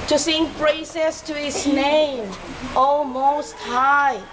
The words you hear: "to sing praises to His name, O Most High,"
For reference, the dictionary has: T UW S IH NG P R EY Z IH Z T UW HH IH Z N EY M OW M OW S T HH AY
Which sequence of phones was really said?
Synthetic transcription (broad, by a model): T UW S IH NG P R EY S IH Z T UW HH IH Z N EY M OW M OW S T HH AY